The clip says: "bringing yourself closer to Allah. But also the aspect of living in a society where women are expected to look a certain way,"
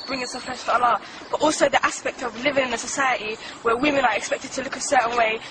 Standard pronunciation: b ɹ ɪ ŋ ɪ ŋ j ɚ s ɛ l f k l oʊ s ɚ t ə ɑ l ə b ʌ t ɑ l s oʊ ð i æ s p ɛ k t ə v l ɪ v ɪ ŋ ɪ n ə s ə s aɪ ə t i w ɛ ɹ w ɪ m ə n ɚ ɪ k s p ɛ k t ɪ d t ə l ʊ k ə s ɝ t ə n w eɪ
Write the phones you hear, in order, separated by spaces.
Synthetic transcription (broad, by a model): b ɹ ɪ ŋ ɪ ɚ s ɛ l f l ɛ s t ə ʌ l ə b ʌ t ɑ l s oʊ ð i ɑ s p ɛ k t ə v l ɪ v ɪ ŋ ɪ n ə s ə s aɪ ə t i w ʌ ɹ w ɪ m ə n ɚ ɪ k s p ɛ k t ɪ d t ə l ʊ k ə s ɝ t n w eɪ